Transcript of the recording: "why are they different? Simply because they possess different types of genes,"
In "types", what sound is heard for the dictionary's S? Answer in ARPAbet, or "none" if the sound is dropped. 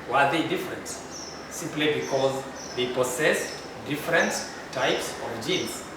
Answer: S